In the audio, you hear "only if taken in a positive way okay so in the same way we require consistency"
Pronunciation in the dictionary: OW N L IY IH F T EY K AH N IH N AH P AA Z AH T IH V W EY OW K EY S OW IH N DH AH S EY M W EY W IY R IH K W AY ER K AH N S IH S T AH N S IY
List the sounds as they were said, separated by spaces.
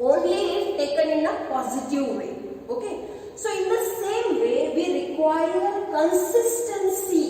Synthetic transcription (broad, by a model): OW N L IY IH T T EY K AH N IH N AH P AA Z AH T IH V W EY OW K EY S OW IH N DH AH S EY M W EY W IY R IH K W AY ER K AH N S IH S T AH N S IY